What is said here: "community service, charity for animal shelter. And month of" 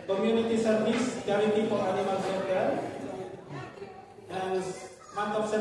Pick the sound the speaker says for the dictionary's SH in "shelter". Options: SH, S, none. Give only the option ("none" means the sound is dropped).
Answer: S